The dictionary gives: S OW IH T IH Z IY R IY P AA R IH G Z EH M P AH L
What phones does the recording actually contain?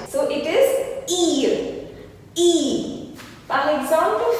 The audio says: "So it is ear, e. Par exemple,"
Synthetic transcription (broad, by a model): S OW IH T IH Z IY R IY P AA L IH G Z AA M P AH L